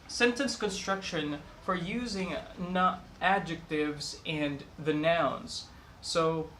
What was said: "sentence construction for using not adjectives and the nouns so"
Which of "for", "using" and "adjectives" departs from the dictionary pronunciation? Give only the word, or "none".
none